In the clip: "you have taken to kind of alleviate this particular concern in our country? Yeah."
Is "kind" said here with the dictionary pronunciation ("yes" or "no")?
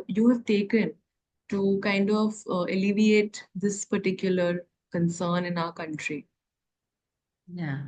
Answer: yes